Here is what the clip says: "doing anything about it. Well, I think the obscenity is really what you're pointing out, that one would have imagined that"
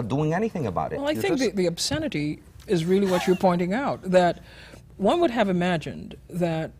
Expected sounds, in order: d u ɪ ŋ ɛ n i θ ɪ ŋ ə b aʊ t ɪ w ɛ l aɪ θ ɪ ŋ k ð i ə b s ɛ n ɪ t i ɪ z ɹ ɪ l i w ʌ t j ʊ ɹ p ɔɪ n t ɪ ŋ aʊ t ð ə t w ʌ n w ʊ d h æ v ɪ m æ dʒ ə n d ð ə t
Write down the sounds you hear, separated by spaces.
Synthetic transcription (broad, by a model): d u ɪ ŋ ɛ n i θ ɪ ŋ ə b aʊ t ɪ w ɛ l aɪ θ ɪ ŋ k ð i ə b s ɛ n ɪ t i ɪ z ɹ ɪ l i w ʌ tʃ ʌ ɹ p ɔɪ n t ɪ ŋ aʊ t ð ə t w ʌ n w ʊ d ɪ v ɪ m æ dʒ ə n ð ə t